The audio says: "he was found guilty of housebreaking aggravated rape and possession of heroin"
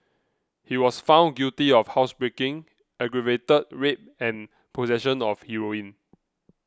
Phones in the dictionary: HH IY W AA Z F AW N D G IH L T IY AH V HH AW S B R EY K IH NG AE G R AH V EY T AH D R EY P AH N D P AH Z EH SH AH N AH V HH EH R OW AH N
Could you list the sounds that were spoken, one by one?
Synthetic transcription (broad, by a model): HH IY W AA S F AW N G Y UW T IY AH F HH AW S B R EY K IH NG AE G R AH V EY T AH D R EY P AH N P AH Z EH SH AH N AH F HH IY R OW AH N